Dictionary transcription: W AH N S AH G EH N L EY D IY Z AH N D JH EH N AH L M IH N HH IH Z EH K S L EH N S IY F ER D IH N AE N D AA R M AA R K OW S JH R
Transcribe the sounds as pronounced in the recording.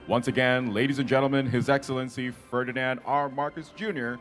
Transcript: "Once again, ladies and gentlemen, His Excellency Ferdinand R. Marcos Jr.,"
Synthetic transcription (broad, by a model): W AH N S AH G EH N L EY D IY Z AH N JH EH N L M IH N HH IH Z EH K S L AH N S IY F ER D IH N AE N D AA R M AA R K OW S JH R